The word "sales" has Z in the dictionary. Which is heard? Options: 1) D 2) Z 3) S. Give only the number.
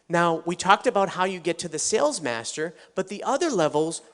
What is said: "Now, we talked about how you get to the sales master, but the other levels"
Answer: 2